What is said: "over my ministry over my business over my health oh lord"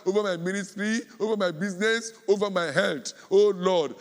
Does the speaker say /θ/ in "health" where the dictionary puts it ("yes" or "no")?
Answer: no